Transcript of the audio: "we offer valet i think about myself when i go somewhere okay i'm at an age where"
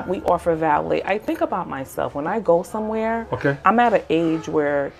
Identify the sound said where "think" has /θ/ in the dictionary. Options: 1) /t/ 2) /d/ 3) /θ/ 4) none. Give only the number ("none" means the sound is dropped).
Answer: 3